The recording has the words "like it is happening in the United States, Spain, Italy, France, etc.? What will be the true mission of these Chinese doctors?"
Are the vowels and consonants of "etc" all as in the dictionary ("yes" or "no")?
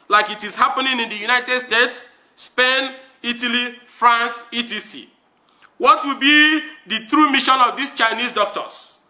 no